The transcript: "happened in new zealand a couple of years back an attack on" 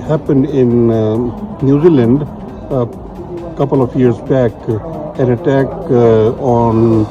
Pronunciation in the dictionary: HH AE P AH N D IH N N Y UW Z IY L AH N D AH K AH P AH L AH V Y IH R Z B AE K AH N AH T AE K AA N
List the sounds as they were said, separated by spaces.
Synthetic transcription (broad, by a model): HH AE P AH N D IH N N Y UW Z IY L AH N D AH K AH P AH L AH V Y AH R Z B AE K AH N AH T AE K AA N